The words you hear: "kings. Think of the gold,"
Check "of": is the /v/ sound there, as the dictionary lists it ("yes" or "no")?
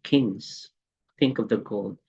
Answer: yes